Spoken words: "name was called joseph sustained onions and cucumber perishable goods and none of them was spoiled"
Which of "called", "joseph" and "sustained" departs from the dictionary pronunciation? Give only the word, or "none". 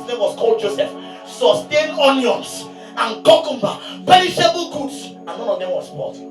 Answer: sustained